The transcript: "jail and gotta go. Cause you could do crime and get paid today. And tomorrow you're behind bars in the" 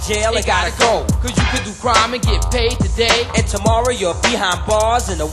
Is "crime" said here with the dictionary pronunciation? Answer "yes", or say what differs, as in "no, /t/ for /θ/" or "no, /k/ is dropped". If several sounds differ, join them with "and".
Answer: yes